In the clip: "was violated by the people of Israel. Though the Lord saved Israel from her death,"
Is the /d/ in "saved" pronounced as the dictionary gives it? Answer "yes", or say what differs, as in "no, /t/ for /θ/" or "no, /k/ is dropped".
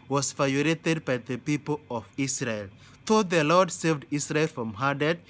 yes